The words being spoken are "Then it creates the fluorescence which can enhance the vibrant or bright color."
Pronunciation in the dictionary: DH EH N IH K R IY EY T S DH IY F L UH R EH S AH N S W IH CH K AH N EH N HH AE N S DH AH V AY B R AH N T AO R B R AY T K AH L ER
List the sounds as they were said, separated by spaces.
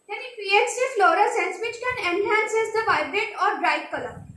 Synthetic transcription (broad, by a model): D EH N IH K R IY EY T S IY F L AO R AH S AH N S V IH CH K AH N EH N HH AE N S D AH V AY B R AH T AO R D R AY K K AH L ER